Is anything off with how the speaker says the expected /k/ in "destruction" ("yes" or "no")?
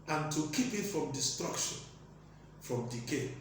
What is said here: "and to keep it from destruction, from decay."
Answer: no